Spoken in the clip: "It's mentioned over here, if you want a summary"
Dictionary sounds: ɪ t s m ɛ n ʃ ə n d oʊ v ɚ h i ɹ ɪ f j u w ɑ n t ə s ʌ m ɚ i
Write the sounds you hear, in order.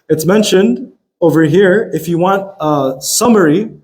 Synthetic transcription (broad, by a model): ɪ t s m ɛ n ʃ ə n d oʊ v ɚ h i ɹ ɪ f j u w ɑ n t ə s ʌ m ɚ i